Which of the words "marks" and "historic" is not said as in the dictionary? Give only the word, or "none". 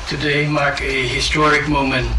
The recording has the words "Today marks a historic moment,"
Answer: marks